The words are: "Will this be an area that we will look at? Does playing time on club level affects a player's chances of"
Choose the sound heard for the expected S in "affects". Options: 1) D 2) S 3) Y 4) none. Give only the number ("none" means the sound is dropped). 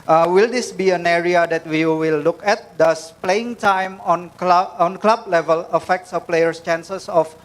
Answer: 2